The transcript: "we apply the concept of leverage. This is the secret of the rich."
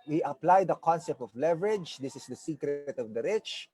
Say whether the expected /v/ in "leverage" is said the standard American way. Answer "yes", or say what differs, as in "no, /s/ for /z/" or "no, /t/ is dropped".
yes